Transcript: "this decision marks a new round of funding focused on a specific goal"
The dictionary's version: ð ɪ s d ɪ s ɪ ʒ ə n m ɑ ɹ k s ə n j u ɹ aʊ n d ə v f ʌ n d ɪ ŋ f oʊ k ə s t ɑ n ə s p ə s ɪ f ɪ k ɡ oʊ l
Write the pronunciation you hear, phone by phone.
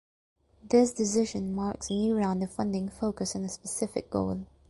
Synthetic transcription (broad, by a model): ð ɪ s d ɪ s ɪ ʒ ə n m ɑ ɹ k s ə n j u ɹ aʊ n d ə f ʌ n d ɪ ŋ f oʊ k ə s ɑ n ə s p ə s ɪ f ɪ k ɡ oʊ l